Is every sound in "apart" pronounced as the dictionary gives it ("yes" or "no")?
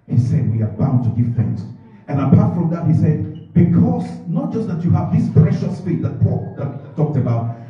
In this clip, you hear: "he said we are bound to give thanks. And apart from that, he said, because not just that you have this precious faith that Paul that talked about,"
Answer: yes